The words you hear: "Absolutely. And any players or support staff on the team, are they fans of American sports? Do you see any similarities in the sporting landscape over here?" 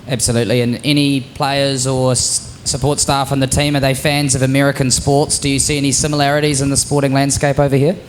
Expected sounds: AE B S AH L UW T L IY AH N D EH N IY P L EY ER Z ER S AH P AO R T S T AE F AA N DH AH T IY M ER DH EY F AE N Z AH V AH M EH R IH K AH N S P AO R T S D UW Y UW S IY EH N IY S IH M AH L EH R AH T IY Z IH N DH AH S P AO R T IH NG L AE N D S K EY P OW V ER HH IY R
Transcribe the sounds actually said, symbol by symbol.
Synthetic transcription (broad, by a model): AE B S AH L UW T L IY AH N EH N IY P L EY ER Z ER S AH P AO R T S T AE F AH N DH AH T IY M ER DH EY F AE N Z AH V AH M EH R IH K AH N S P AO R T S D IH Y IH S IY EH N IY S IH M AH L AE R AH T IY Z IH N DH AH S P AO R T IH NG L AE N D S K EY P OW V ER HH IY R